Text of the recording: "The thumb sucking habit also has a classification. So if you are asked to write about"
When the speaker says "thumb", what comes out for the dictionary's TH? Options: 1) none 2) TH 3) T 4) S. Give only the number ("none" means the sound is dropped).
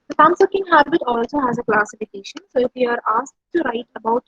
4